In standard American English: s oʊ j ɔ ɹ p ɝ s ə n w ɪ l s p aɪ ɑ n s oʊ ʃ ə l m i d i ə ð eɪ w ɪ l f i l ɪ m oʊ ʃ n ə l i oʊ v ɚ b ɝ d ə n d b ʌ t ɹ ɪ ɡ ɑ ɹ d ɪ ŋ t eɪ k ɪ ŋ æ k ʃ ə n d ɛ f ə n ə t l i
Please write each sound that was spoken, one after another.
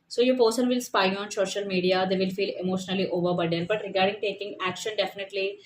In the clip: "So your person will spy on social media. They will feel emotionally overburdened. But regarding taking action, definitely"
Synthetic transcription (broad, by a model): s oʊ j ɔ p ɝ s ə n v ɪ l s p aɪ ɑ n s oʊ ʃ ə l m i d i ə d eɪ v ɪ l f i l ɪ m oʊ ʃ n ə l i oʊ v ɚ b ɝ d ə d b ʌ t ɹ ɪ ɡ ɑ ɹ d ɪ ŋ t eɪ k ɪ ŋ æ k ʃ ə n d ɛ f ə n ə t l i